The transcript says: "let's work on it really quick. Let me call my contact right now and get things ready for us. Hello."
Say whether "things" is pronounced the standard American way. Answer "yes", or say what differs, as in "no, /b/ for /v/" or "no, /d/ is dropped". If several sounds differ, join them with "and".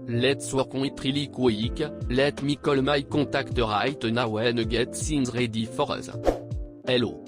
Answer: no, /s/ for /θ/